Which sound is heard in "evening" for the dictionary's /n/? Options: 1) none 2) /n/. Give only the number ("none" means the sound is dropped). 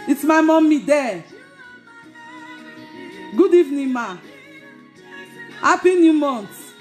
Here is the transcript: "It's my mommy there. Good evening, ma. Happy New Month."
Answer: 2